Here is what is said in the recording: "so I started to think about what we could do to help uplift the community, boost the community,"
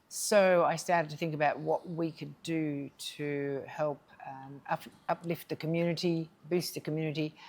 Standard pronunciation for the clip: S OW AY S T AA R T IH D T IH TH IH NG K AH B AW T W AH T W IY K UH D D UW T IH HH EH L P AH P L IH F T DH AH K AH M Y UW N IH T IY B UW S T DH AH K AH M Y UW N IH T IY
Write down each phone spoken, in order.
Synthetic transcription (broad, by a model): S OW AY S T AA R T IH D T IH TH IH NG K AH B AW T W AH T W IY K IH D D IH T IH HH EH L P AH P L IH F T DH AH K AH M Y UW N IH T IY B UW S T DH AH K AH M Y UW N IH T IY